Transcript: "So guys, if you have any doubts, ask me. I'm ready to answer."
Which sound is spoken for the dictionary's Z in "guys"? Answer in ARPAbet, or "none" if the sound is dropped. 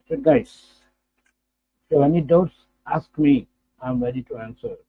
none